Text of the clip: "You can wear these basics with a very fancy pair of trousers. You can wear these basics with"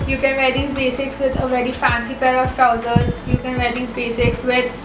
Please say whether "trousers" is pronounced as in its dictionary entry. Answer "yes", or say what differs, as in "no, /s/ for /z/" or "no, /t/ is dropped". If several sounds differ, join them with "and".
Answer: yes